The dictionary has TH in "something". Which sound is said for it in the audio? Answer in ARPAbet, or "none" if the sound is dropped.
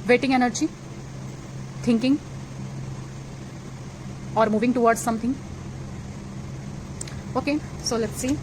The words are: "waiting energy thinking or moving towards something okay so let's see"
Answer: T